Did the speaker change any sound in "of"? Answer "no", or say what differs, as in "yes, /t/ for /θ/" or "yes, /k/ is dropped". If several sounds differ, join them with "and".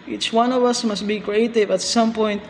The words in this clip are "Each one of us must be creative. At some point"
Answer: no